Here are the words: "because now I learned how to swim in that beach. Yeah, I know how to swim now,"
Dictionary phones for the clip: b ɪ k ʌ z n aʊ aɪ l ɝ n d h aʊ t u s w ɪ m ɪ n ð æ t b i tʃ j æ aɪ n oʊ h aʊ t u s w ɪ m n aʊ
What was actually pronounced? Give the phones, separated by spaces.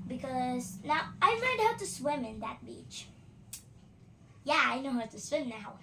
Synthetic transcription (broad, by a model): b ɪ k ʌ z n aʊ aɪ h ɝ d h aʊ t u s w ɪ m ɪ n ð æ t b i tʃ j æ aɪ n oʊ h aʊ t u s w ɪ m n aʊ